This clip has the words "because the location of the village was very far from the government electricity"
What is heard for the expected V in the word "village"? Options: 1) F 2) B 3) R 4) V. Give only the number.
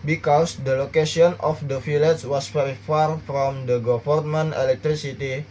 1